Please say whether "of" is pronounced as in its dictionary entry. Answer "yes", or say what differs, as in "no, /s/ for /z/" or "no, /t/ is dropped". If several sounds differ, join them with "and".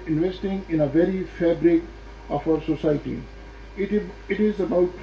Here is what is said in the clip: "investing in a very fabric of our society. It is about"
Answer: no, /f/ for /v/